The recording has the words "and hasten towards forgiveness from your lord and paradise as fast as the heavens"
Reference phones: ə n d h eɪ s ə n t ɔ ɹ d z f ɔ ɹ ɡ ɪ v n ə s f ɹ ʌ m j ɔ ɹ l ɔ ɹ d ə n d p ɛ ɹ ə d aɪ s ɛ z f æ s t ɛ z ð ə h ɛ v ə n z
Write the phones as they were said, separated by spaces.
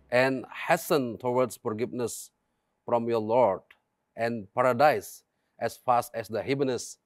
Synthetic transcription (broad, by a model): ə n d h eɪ s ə n t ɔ w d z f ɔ ɹ ɡ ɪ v n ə s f ɹ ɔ m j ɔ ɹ l ɔ ɹ d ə n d p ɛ ɹ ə d aɪ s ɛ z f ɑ s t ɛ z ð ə h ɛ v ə n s